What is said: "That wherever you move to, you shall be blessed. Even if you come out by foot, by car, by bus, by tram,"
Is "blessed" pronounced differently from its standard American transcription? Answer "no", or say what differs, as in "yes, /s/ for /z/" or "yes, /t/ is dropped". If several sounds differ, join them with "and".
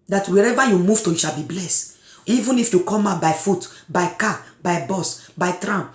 no